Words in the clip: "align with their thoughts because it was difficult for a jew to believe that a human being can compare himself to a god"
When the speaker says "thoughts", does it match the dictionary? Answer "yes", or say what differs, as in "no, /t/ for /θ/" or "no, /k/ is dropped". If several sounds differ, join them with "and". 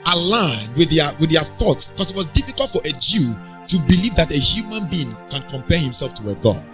yes